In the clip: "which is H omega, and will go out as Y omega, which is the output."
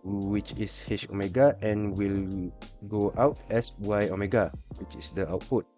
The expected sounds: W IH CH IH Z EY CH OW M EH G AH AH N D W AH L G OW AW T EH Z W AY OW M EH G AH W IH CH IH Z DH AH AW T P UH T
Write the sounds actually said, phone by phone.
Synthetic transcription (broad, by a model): W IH CH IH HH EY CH OW M EH G AH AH N W AH L G OW AW T EH S W AY OW M EH G AH W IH CH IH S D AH AW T P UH T